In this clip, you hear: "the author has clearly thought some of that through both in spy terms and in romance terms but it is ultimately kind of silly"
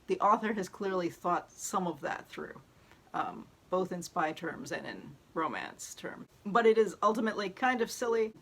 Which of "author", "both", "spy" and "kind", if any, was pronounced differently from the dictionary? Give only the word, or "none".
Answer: none